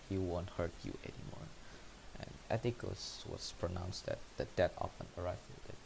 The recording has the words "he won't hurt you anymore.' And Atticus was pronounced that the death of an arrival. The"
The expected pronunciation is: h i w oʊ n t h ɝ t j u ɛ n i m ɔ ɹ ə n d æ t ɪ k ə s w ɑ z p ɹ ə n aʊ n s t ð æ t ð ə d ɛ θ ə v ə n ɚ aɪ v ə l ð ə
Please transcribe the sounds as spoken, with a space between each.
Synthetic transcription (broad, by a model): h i w oʊ n t h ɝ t j u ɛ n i m ɔ ɹ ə n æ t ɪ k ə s w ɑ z p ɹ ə n aʊ n s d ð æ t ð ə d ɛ t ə p ə n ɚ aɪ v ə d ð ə